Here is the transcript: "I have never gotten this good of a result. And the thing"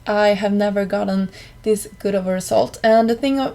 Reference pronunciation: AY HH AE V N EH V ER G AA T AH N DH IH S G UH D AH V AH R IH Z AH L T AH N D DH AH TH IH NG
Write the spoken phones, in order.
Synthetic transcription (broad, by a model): AY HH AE V N EH V ER G AA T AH N DH IH S G UH D AH V AH R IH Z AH L T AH N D DH AH TH IH NG